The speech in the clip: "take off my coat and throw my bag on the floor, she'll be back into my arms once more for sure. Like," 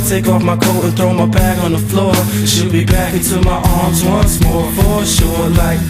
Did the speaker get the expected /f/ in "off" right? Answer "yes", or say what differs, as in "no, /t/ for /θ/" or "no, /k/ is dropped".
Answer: yes